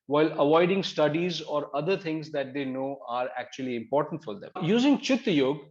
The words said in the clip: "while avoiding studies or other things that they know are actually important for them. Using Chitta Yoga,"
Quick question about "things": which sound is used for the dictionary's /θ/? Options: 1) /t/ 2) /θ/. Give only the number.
1